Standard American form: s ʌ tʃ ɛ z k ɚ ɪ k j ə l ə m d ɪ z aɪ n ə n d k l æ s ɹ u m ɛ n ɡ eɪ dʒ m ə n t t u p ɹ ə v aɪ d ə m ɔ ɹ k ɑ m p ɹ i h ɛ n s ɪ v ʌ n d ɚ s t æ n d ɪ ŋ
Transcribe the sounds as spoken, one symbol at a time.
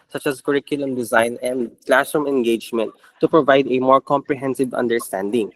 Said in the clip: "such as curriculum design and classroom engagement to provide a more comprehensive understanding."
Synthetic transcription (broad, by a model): s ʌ tʃ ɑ s k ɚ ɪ k j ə l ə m d ɪ z aɪ n ə n d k l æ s ɔ m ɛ n ɡ eɪ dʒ m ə n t t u p ɹ ə v aɪ d ə m ɔ ɹ k ɑ m p ɹ i h ɛ n s ɪ v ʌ n d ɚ s t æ n d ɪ ŋ